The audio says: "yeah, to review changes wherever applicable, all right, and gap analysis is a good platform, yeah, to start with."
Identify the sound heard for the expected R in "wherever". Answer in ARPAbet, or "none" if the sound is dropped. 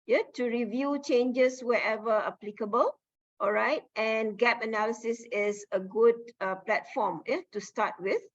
none